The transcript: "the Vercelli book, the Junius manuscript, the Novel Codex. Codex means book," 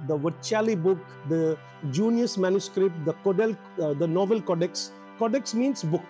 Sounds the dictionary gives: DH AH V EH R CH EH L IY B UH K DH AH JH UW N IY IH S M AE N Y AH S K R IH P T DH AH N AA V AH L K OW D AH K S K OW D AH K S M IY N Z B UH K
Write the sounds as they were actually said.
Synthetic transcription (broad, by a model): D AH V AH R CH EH L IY B UH K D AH JH UW N IY IH S M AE N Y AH S K R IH P T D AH N AA V AH L K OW D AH K S K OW D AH K S M IY N S B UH K